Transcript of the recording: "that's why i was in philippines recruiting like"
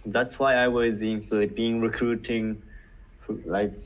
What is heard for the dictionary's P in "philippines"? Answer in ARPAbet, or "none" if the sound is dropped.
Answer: B